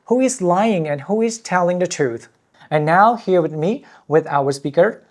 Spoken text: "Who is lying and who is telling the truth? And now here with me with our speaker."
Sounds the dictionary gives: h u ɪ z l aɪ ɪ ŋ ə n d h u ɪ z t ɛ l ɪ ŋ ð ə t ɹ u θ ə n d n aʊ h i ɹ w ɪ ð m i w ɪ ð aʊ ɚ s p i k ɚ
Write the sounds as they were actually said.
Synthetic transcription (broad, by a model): h u ɪ z l aɪ ɪ ŋ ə n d h u ɪ z t ɛ l ɪ ŋ ð ə t ɹ u θ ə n n aʊ h i ɹ w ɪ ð m i w ɪ ð aʊ ɚ s p i k ɚ